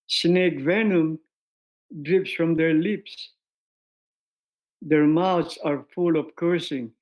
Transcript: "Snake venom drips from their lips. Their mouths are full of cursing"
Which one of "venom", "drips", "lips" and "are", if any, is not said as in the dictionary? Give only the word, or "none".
none